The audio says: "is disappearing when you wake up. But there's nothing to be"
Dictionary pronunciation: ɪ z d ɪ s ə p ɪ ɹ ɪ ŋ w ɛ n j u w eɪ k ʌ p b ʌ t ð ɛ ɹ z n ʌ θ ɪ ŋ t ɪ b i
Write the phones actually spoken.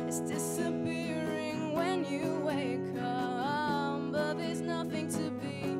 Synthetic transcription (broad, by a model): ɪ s d ɪ s ə p ɪ ɹ ɪ ŋ w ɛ n j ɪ w eɪ k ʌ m b ʌ t ð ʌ ɹ z n ʌ θ ɪ ŋ t ɪ b i